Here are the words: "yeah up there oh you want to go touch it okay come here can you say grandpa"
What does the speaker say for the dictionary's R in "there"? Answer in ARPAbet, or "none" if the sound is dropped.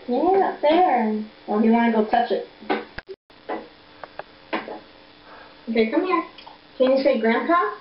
W